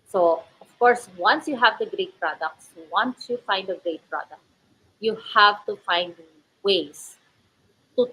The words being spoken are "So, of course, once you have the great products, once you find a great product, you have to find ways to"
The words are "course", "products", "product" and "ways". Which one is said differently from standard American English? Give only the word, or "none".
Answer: ways